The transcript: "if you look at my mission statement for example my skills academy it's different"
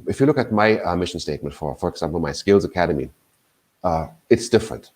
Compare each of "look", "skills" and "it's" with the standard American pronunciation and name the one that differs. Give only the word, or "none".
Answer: none